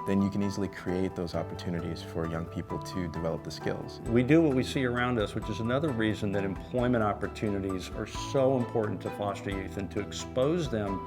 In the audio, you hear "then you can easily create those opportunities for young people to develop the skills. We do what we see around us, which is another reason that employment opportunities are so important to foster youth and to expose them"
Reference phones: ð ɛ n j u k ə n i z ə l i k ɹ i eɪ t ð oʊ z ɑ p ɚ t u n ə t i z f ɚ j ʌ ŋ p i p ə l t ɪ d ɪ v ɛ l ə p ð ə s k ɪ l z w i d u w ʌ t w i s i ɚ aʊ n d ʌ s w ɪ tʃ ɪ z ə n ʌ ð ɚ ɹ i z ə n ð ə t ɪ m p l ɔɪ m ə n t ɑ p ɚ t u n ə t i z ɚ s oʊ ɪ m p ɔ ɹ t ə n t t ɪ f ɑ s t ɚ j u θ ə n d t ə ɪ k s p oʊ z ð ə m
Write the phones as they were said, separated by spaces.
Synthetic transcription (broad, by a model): ð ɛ n j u k ə n i z l i k ɹ i eɪ t ð oʊ z ɑ p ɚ t u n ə t i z f ɚ j ʌ ŋ p i p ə l t ɪ d ɪ v ɛ l ə p ð ə s k ɪ l z w i d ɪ w ʌ t w i s i ɚ aʊ n d ʌ s w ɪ tʃ ɪ z ə n ʌ ð ɚ ɹ i z ə n ð ə t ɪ m p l ɔɪ m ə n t ɑ p ɚ t u n ə t i z ɚ s oʊ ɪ m p ɔ ɹ t n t t ɪ f ɑ s t ɚ j u θ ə n t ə ɪ k s p oʊ z ð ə m